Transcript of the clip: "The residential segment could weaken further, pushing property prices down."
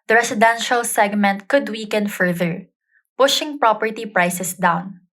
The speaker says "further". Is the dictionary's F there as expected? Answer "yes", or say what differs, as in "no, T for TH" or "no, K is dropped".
yes